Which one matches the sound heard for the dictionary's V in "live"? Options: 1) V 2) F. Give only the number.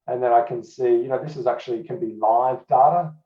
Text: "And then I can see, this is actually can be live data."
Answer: 1